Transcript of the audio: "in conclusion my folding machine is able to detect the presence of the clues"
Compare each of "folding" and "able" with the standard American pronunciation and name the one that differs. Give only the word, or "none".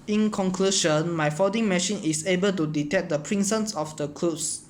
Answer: folding